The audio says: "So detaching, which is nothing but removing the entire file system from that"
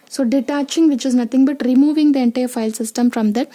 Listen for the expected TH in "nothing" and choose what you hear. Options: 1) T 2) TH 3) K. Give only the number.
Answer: 1